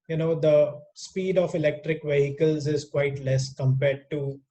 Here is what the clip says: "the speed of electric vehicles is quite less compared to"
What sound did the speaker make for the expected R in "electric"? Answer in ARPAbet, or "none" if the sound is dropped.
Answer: R